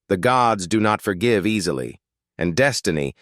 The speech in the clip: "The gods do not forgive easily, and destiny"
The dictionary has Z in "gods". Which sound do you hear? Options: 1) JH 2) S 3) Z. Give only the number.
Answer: 3